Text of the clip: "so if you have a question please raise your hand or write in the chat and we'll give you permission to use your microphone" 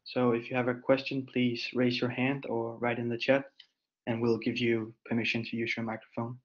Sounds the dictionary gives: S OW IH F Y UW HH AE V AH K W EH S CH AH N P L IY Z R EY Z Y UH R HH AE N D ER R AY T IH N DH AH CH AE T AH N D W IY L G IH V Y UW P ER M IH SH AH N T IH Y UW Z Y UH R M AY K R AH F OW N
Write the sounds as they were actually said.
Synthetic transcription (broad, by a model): S OW IH F Y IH V AH K W EH S CH AH N P L IY Z R EY Z Y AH R HH AE N D ER R AY T IH N DH AH CH AE T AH N W IY L G IH V Y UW P ER M IH SH AH N T IH Y UW Z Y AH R M AY K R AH F OW N